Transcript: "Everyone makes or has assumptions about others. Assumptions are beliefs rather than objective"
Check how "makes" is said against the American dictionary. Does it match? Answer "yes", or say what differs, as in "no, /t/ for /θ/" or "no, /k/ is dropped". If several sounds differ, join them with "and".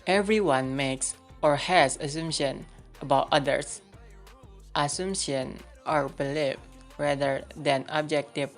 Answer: yes